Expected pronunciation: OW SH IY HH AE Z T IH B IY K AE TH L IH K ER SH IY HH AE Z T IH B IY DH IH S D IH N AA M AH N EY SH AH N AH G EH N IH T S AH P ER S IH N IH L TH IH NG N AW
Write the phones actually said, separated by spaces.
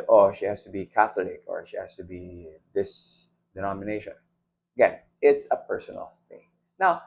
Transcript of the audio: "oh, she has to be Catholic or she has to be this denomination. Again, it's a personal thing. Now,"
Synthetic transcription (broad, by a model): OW SH IY HH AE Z T IH B IY K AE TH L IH K ER SH IY HH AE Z T IH B IY DH IH S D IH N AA M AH N EY SH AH N AH G EH N IH T S AH P ER S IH N L TH IH NG N AW